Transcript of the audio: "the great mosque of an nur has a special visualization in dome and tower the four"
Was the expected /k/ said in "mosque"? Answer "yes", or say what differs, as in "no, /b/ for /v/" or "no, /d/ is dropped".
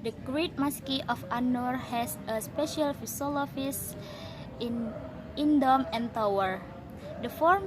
yes